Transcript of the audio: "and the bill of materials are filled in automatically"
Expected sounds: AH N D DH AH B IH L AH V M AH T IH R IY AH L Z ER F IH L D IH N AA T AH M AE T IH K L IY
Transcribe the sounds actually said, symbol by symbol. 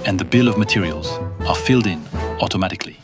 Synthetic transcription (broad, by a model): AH N DH AH B IH L AH V M AH T IH R IY AH L Z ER F IH L D IH N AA T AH M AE T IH K L IY